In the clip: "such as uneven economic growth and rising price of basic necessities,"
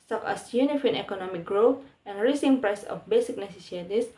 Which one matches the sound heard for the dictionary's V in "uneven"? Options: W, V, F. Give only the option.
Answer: F